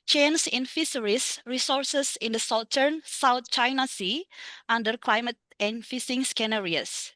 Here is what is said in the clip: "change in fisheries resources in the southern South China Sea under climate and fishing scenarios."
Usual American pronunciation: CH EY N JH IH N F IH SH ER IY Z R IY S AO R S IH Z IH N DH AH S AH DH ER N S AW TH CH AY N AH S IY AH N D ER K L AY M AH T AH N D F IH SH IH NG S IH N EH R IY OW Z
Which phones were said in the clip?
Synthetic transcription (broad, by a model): CH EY N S IH N F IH S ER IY S R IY S AO R S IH S IH N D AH S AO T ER N S AW T CH AY N AH S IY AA N D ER K L AY M AH T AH N F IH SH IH NG S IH N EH R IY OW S